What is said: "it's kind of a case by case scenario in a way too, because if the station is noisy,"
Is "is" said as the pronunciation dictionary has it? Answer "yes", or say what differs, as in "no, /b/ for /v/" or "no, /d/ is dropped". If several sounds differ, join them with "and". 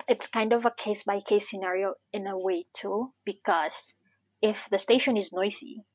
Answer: yes